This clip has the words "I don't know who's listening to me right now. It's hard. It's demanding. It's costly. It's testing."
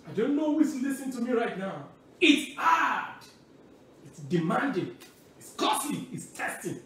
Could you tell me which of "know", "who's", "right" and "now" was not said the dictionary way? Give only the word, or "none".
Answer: who's